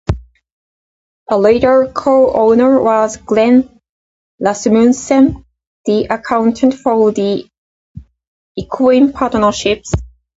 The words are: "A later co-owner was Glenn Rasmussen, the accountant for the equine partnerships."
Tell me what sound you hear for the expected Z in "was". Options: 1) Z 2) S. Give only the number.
1